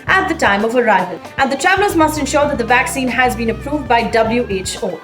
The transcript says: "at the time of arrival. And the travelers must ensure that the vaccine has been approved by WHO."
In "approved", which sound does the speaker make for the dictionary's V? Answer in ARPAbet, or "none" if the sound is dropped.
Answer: V